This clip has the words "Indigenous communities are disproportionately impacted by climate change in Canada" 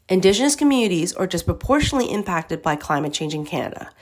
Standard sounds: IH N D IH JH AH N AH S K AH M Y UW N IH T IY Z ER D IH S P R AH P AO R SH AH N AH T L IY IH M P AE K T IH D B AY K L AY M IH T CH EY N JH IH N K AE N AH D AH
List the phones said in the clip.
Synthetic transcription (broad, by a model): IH N D IH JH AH N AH S K AH M Y UW N IH T IY Z ER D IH S P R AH P AO R SH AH N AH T L IY IH M P AE K T IH D B AY K L AY M IH T CH EY N JH IH N K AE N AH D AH